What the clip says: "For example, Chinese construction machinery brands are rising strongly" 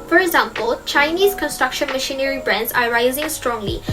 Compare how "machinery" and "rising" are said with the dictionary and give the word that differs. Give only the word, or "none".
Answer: none